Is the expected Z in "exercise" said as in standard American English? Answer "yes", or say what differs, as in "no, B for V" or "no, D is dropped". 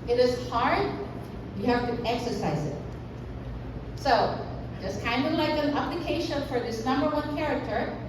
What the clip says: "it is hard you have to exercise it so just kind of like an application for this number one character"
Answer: yes